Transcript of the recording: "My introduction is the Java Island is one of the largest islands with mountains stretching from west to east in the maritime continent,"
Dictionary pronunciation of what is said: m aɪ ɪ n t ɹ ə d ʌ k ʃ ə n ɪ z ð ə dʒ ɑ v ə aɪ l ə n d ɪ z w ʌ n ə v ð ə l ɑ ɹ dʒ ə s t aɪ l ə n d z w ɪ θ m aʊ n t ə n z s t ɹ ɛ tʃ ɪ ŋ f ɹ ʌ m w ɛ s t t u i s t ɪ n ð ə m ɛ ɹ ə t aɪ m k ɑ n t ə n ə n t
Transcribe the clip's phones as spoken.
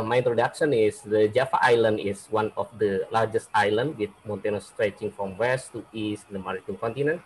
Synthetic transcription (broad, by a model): m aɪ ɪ n t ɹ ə d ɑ k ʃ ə n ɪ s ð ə dʒ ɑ f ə aɪ l ə n d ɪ s w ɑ n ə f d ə l ɑ ɹ dʒ ə s t aɪ l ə n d w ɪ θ m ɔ n t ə n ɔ s t ɹ ɛ tʃ ɪ ŋ f ɹ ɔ m w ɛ s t t u i s t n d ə m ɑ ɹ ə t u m k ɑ n t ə n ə n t